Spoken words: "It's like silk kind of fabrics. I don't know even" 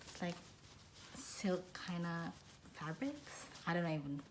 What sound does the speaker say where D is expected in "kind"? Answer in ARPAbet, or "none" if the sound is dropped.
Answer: none